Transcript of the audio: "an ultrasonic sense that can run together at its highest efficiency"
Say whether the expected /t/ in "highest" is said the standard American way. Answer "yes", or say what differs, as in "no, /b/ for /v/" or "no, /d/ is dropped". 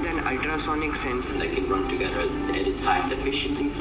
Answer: no, /t/ is dropped